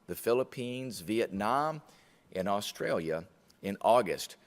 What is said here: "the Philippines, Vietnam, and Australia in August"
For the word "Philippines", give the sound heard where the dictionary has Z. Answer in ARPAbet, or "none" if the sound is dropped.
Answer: Z